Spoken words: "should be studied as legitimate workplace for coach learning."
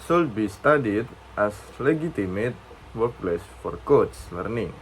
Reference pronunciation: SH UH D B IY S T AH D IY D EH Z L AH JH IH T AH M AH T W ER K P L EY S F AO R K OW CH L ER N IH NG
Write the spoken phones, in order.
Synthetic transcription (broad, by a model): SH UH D B IY S T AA D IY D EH S L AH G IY T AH M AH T W ER K P L EY S F AO R K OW S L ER N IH NG